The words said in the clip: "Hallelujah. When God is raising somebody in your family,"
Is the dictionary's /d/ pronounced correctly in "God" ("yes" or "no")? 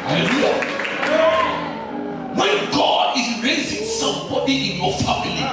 yes